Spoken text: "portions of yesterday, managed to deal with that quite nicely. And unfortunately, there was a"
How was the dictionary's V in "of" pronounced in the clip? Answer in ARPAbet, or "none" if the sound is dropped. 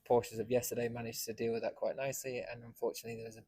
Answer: V